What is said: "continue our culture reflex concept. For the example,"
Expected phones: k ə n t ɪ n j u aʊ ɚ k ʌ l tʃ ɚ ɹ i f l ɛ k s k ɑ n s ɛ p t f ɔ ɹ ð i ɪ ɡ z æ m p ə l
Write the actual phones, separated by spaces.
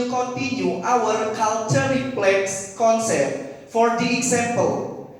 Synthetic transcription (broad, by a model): k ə n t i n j u aʊ ɚ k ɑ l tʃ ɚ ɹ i p l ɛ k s k ɑ n s ɛ p t f ɔ ɹ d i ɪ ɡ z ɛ m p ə l